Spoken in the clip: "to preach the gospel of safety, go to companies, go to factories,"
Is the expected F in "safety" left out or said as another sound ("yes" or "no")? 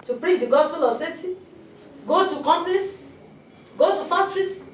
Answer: yes